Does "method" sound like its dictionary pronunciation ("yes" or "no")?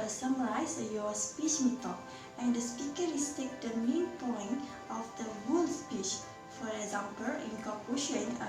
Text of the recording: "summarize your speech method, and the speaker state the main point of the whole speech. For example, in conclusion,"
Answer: no